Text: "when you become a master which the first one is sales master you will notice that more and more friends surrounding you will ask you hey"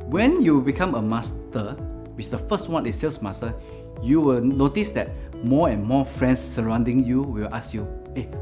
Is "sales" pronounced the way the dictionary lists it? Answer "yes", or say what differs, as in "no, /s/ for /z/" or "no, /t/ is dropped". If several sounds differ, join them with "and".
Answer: no, /s/ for /z/